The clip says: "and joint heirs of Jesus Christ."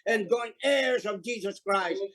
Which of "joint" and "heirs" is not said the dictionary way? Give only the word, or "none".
joint